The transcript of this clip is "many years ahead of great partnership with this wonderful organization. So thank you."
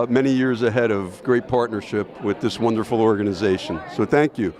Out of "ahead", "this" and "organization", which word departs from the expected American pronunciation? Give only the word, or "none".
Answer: none